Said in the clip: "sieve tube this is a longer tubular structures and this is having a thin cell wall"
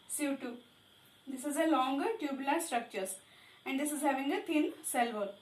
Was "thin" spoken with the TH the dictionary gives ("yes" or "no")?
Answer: no